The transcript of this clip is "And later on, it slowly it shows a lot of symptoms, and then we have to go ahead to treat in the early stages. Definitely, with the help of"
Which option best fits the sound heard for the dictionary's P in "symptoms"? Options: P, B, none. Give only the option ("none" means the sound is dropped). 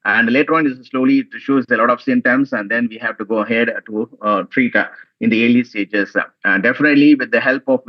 none